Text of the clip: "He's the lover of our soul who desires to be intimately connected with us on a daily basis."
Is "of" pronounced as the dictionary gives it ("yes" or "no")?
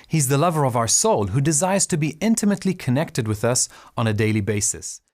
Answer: yes